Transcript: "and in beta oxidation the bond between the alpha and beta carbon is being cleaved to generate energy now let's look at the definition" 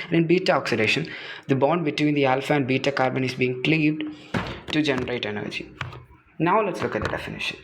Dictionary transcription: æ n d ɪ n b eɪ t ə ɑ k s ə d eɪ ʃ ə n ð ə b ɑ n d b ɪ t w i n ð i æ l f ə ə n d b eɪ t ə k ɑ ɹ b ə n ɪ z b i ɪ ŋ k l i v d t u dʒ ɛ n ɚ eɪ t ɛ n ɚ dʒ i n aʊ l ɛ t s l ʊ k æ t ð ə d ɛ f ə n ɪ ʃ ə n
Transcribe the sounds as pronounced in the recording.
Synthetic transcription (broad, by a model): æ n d ɪ n b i t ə ɑ k s ə d eɪ ʃ ə n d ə b ɑ n d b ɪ t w i n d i æ l f ə ə n d b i t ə k ɑ ɹ b ə n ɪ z b i ɪ ŋ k l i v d t u dʒ ɛ n ɚ eɪ t ɛ n ɚ dʒ i n aʊ l ɛ t s l ʊ k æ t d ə d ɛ f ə n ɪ ʃ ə n